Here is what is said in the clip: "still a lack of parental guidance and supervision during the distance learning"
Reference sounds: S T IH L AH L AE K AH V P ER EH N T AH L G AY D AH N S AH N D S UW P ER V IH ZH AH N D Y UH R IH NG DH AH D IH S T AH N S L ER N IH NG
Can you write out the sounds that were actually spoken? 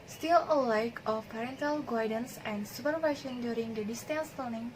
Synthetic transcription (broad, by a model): S T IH L AH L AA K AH F P ER EH N T AH L G AY D AH N S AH N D S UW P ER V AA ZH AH N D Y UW R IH NG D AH D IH S T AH N S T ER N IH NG